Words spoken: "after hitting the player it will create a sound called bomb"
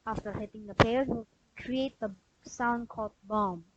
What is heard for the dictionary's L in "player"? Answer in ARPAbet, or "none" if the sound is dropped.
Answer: none